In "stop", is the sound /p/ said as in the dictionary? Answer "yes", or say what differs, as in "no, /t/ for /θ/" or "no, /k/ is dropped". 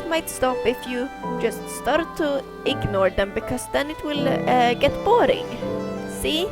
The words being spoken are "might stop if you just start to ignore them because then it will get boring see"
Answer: yes